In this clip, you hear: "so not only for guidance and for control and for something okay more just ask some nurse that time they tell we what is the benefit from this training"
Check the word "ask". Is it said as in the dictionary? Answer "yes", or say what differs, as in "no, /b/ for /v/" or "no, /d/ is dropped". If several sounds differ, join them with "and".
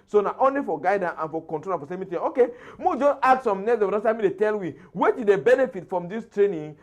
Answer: no, /s/ is dropped